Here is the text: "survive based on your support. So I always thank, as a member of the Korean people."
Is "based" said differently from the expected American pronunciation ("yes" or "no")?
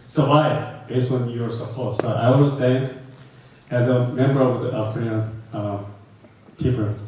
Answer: yes